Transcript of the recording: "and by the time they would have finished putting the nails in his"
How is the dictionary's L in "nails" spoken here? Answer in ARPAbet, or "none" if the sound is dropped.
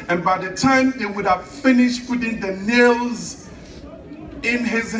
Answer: L